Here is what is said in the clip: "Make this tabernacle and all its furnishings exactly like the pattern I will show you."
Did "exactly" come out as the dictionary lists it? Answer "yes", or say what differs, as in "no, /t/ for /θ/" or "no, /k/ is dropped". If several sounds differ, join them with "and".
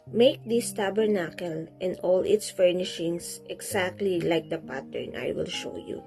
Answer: no, /s/ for /z/